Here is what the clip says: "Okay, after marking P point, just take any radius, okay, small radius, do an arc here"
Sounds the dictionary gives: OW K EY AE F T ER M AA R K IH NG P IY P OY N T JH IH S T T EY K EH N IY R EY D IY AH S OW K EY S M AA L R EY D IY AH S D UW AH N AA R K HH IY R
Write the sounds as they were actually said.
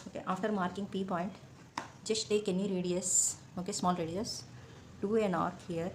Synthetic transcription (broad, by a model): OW K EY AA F T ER M AA R K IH NG P IY P OY N T JH IH S T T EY K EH N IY R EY D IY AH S OW K EY S M AA L R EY D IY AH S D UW AH N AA R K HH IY R